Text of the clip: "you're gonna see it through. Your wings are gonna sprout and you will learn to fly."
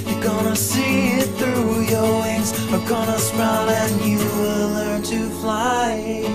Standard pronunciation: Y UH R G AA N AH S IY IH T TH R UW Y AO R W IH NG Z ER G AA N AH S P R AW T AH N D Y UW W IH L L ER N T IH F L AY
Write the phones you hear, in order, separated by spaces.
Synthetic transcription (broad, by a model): Y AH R G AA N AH S IY IH T TH R UW Y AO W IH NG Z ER G AA N AH S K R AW AH N Y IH W IH L L ER N T IH F L AY